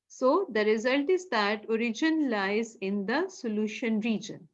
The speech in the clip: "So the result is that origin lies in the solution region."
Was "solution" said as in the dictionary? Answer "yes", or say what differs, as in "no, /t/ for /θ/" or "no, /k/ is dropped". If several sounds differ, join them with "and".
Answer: yes